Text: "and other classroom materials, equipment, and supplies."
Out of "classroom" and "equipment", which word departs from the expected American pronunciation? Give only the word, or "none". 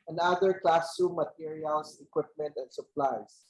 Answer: classroom